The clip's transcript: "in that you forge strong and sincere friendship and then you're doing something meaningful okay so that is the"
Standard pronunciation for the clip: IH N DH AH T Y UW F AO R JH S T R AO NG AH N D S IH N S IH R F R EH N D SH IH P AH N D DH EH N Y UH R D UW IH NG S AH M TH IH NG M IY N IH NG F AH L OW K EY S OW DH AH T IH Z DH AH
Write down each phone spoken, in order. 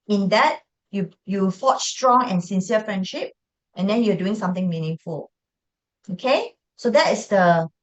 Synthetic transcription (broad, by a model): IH N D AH T Y UW F AO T S T R AO NG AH N S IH N S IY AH F R EH N D SH IH P AH N D EH N Y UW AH D UW IH NG S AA M T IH NG M IY N IH NG F AH L OW K EY S OW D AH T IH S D AH